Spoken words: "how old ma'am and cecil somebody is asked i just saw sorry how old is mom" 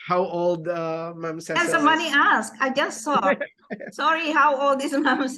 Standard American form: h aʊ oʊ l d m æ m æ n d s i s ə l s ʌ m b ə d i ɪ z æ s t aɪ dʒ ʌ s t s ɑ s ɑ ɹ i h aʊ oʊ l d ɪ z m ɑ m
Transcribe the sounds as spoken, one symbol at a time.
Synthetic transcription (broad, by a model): h aʊ oʊ l d m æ m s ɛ ə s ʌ m ə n i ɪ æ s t aɪ dʒ ʌ s t s ɑ s ɑ ɹ i h aʊ oʊ l d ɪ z m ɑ m